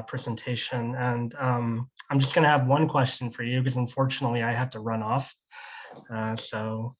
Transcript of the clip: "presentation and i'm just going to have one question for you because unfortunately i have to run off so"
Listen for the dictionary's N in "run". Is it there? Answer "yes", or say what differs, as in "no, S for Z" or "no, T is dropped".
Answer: yes